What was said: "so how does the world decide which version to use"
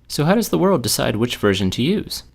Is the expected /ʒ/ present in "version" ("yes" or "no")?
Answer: yes